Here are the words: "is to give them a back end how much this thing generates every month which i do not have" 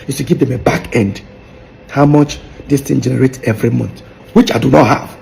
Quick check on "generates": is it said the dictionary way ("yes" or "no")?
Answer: no